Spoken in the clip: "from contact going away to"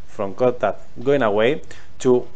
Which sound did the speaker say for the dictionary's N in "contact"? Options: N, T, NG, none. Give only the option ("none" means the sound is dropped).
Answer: none